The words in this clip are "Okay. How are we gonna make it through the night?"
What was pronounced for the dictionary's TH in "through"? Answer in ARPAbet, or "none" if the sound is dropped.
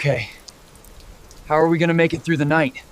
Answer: TH